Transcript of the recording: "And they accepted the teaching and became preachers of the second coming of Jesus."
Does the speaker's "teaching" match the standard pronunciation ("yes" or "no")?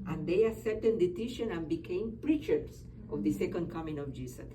no